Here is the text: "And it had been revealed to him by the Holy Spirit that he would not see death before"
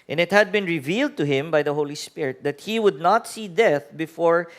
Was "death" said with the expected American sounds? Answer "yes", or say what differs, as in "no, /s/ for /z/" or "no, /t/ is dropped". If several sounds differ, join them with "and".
yes